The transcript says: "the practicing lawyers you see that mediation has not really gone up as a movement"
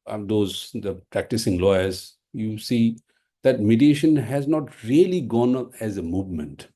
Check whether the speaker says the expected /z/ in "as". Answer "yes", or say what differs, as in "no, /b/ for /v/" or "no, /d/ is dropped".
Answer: yes